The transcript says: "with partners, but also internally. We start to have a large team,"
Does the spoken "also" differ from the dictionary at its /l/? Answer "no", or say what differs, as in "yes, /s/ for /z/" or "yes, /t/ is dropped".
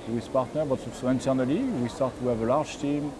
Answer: yes, /l/ is dropped